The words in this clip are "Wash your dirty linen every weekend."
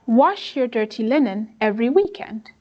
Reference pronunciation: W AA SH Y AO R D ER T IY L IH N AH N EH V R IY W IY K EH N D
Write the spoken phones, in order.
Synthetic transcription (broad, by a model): W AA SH Y AO R D ER T IY L IH N AH N EH V R IY W IY K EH N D